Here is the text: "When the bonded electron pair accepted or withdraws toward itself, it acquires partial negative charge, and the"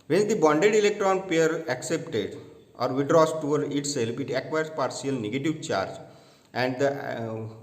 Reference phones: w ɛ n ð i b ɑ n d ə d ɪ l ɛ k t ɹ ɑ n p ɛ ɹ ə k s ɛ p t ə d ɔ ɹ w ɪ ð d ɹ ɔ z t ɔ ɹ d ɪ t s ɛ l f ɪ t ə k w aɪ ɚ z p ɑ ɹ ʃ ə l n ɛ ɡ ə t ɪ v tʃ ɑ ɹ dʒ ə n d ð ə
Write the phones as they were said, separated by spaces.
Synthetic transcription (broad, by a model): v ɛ n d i b ɑ n d ə d ɪ l ɛ k t ɹ ɑ n p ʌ ɹ ə k s ɛ p t ə d ɔ ɹ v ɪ d ɹ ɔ s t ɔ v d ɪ t s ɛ l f ɪ t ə k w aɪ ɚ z p ɑ ɹ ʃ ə l n ɛ ɡ ə t ɪ v tʃ ɑ ɹ dʒ ə n d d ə